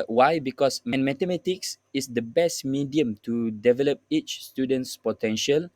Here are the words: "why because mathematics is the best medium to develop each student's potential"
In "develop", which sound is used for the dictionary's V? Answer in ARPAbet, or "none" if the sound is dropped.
V